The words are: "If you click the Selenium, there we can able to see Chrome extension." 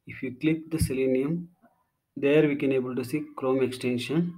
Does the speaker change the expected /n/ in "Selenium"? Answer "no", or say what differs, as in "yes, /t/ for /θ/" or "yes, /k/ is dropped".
no